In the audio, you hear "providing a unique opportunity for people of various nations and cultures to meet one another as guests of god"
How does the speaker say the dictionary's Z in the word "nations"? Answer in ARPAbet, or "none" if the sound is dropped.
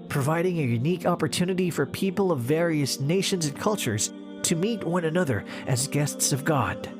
Z